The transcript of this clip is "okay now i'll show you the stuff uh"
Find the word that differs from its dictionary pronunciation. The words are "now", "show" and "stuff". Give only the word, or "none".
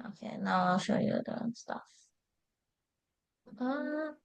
none